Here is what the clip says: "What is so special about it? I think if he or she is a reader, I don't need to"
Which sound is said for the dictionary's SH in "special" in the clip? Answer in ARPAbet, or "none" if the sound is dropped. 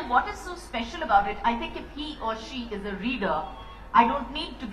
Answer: SH